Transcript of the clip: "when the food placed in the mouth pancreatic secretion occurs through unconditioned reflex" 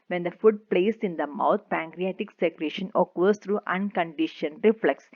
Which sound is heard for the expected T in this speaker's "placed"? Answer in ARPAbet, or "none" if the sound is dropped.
none